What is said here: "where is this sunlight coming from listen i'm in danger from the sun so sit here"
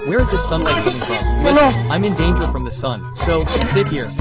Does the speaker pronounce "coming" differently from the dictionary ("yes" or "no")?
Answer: yes